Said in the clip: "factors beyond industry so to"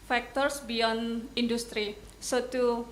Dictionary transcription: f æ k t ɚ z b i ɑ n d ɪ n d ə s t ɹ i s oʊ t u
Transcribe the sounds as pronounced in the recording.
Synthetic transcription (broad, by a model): f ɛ k t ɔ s b i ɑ n ɪ n d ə s t ɹ i s oʊ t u